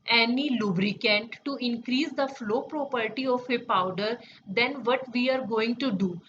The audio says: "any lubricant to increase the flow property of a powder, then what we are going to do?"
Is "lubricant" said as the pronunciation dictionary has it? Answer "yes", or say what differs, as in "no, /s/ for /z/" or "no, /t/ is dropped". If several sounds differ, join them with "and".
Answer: yes